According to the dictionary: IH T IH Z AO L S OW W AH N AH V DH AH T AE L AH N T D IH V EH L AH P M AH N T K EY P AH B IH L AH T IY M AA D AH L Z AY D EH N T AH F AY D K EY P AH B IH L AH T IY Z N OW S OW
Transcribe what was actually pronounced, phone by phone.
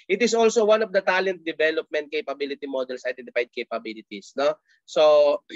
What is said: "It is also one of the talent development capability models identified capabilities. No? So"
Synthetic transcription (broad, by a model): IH T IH S AO L S OW W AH N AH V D AH T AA L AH N T D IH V EH L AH P M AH N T K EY P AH B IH L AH T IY M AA D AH L S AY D EH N T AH P AY D K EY P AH B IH L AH T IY S N OW S OW